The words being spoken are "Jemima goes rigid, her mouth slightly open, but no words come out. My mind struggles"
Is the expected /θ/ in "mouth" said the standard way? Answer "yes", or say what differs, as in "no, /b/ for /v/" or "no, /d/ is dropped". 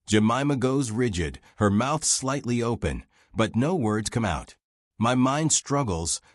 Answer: yes